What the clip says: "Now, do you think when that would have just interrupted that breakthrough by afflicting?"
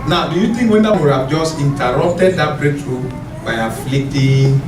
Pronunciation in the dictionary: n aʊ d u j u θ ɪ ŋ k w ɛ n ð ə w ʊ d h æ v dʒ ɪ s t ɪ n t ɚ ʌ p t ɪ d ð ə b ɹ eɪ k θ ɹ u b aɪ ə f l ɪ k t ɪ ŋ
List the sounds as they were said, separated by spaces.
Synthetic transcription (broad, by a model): n aʊ d u j u t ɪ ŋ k w ɛ n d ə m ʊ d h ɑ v dʒ ɪ s t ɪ n t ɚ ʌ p t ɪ d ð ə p ɹ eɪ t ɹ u b aɪ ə f l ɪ k t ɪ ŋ